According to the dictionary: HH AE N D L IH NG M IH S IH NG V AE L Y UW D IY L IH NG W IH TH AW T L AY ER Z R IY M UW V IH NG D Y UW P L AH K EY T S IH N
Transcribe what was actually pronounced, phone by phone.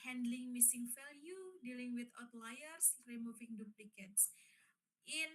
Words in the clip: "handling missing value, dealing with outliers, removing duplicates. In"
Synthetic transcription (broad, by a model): HH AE N D L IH NG M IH S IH NG F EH L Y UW D IY L IH NG W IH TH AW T L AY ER S R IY M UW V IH NG D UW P L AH K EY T S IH N